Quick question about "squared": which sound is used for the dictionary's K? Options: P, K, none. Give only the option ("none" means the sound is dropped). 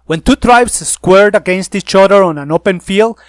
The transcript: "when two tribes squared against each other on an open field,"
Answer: K